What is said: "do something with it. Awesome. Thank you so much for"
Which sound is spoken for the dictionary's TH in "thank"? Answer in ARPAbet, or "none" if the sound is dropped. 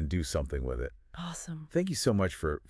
TH